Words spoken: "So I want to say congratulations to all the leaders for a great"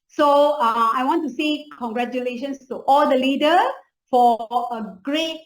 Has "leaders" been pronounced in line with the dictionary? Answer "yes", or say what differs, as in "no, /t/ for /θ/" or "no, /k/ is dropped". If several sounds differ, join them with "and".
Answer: no, /z/ is dropped